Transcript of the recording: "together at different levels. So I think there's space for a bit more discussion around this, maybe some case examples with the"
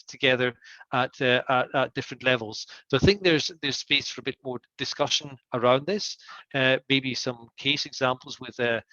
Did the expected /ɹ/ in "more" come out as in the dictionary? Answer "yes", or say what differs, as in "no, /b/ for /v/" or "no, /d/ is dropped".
yes